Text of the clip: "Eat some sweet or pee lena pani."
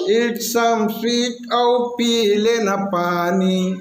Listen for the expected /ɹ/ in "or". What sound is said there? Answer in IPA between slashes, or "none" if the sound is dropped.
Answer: /w/